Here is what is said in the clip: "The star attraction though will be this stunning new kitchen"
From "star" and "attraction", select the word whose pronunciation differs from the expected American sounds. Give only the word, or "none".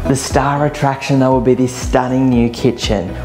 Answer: none